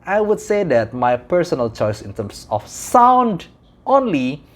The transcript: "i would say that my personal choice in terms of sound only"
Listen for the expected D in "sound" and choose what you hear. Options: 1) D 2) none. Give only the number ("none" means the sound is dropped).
1